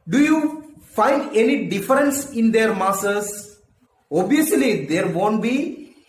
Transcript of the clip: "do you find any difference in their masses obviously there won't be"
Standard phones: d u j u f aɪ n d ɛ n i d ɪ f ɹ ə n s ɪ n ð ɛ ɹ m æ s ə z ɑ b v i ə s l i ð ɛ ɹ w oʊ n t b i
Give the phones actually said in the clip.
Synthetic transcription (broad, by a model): d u j u f aɪ n d ɛ n i d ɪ f ɹ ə n s ɪ n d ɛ ɹ m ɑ s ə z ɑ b i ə s l i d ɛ ɹ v oʊ n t b i